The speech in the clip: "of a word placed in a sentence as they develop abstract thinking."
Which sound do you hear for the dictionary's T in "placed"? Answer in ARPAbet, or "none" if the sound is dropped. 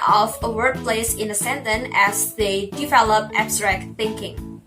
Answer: none